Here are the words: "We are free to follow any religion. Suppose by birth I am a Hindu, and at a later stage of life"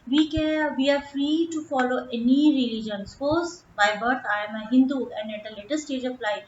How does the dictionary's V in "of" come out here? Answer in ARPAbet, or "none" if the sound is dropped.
P